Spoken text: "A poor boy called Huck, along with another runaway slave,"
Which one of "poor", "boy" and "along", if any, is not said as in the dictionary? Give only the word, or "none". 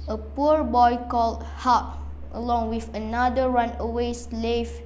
none